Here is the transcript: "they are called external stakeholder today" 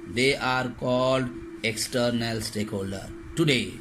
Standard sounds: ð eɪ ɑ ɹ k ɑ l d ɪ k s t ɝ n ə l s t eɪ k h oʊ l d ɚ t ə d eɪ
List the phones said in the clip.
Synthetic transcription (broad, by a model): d eɪ ɑ ɹ k ɑ l d ɪ k s t ɝ n ə l s t eɪ k h oʊ l d ɚ t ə d eɪ